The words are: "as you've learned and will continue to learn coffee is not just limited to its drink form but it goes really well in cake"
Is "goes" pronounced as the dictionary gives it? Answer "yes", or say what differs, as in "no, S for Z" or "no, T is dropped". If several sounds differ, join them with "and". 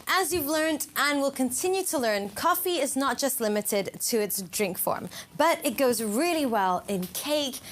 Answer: yes